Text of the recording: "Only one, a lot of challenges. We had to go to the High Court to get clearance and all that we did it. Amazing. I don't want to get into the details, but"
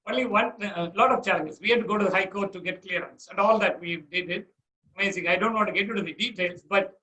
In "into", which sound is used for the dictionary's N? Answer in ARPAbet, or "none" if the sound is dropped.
none